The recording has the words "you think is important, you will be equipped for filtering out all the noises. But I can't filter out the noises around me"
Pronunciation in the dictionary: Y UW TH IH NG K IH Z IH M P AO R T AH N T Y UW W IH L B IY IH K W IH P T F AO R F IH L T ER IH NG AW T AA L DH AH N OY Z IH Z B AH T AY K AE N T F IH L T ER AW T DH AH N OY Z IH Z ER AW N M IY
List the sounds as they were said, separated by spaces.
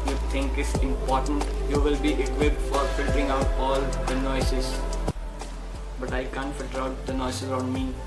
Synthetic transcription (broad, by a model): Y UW T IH NG K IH S IH M P AO R T AH N T Y UW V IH L B IY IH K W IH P T F AO R F IH L T ER IH NG AW T AA L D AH N OY S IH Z B AH T AY K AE N T F IH L T ER AW T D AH N OY S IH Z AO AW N M IY